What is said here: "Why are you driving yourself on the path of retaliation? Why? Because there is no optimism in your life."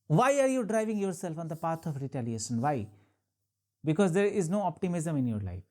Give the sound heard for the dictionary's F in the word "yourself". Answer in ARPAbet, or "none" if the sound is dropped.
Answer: F